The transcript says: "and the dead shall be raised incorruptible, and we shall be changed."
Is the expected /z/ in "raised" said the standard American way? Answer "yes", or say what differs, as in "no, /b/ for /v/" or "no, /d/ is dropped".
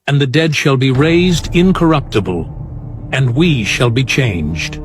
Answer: yes